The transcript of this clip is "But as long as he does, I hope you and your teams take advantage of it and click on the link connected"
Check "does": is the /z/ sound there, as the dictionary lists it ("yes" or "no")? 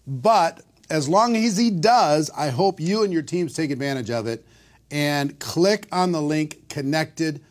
yes